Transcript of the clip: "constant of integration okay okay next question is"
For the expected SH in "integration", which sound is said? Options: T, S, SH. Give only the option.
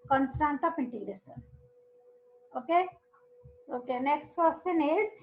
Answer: S